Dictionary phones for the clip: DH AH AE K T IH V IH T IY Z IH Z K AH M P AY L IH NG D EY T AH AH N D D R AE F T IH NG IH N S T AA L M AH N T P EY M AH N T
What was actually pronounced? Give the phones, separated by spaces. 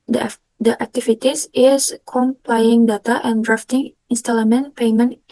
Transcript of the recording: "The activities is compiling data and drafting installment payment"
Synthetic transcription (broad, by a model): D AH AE K T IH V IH T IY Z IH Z K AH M P AY IH NG D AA T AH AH N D D R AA F T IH NG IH N S T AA L M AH N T P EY M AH N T